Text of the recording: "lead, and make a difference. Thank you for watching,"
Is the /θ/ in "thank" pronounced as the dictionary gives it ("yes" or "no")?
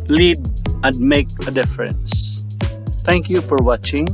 no